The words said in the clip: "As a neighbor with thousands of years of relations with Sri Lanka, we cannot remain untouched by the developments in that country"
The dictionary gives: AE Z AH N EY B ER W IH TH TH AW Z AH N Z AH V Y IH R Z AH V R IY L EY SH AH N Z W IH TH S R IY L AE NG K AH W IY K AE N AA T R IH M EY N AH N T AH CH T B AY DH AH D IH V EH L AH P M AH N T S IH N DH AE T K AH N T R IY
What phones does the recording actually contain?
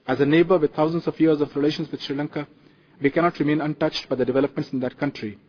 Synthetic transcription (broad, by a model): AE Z AH N EY B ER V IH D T AW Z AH N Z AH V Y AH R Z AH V R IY L EY SH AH N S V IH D S R IY L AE NG K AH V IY K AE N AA T R IH M EY N AH N T AH CH T B AY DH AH D IH V EH L AH P M AH N T S IH N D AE T K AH N T R IY